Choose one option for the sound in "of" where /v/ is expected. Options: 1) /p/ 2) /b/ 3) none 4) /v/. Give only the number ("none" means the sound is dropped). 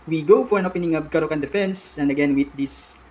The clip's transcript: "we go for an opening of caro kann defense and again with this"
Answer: 2